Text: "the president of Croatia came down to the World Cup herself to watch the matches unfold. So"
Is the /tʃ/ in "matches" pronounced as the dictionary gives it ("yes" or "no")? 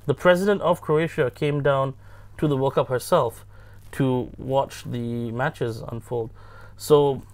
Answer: yes